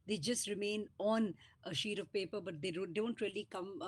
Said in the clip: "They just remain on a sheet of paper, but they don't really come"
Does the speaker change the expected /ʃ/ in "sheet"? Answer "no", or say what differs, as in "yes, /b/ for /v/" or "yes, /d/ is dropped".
no